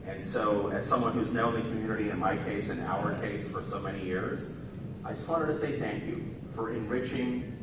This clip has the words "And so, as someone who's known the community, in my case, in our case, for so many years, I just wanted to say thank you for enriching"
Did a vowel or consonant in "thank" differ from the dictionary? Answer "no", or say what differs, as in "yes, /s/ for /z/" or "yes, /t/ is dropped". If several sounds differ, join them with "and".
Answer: no